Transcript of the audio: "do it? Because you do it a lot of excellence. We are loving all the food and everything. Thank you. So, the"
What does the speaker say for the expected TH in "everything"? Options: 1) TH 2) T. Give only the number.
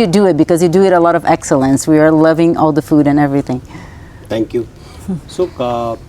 1